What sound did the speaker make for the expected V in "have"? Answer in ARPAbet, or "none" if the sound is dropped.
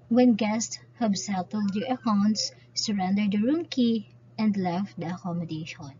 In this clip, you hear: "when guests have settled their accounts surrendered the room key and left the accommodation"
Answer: B